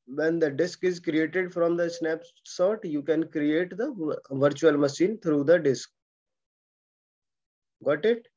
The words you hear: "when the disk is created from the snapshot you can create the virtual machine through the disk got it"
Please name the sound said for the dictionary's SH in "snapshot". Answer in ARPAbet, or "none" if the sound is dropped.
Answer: S